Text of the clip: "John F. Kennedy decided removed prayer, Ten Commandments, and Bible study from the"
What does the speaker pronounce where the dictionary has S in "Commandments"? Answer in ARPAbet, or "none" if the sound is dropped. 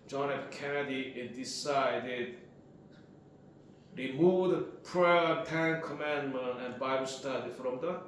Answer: none